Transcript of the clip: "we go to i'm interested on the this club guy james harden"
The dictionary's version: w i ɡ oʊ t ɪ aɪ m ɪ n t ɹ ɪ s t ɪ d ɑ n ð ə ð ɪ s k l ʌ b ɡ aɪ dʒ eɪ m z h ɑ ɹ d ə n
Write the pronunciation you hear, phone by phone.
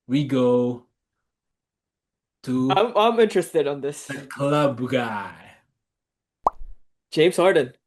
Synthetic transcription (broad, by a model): w i ɡ oʊ t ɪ aɪ m ɪ n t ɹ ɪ s t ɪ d n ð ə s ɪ k l ʌ b ɡ aɪ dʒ eɪ m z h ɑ ɹ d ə n